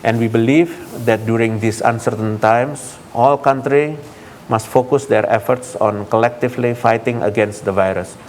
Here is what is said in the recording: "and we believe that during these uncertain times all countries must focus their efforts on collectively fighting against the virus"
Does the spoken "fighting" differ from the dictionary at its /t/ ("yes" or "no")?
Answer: no